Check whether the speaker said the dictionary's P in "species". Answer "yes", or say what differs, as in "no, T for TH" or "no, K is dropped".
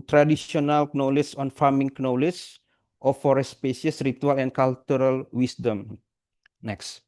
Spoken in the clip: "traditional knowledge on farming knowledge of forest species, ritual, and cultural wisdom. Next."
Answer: no, P is dropped